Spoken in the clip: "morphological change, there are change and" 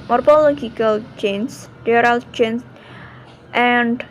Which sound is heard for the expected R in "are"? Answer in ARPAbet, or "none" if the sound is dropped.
L